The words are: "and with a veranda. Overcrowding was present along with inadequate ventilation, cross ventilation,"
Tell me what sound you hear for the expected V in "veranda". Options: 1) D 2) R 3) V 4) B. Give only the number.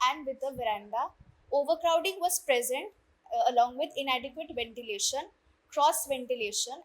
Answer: 3